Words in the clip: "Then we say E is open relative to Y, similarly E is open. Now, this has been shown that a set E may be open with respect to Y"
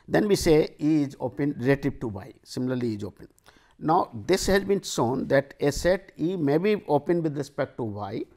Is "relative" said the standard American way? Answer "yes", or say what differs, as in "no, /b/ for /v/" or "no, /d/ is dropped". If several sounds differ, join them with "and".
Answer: no, /p/ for /v/